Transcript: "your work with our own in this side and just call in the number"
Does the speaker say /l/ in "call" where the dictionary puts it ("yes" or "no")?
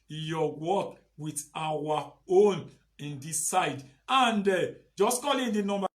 yes